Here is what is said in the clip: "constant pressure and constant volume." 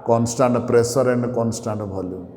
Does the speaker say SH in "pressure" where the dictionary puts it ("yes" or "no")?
no